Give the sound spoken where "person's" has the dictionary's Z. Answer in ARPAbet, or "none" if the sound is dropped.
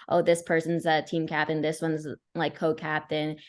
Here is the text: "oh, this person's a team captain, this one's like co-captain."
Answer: Z